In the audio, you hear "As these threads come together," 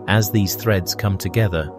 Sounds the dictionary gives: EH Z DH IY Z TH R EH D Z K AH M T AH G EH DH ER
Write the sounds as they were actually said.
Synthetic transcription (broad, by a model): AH Z DH IY Z TH R EH D Z K AH M T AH G EH DH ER